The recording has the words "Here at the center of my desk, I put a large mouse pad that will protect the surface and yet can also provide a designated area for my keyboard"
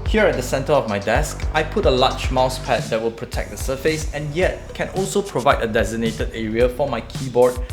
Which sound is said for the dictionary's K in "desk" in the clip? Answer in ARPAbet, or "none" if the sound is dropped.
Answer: K